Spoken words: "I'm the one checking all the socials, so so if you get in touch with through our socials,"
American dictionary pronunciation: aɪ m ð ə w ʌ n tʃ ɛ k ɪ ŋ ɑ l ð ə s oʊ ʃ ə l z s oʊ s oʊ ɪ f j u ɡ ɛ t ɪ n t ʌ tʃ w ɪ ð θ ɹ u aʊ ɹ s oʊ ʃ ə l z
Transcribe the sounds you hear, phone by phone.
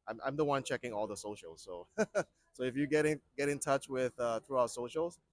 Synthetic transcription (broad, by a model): aɪ m ð ə w ʌ n tʃ ɛ k ɪ ŋ ɑ l ð ə s oʊ ʃ l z s oʊ s oʊ ɪ f j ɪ ɡ ɛ t ɪ n t ʌ tʃ w ɪ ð θ ɹ u aʊ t s oʊ ʃ l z